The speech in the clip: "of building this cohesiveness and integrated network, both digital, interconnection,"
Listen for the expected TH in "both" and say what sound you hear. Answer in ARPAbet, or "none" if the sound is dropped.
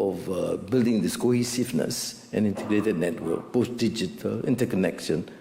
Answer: S